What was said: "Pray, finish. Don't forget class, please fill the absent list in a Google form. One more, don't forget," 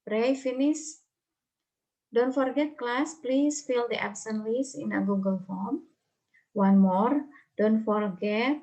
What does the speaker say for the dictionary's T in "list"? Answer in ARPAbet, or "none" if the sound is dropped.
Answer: none